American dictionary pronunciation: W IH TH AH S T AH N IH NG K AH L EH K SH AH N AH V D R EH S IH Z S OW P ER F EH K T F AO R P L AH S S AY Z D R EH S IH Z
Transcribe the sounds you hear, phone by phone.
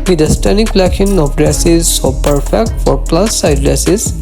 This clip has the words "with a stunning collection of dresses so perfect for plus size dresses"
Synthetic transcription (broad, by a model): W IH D AH S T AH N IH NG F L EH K AH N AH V D R EH S IH Z S OW P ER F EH K T F AO R P L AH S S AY D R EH S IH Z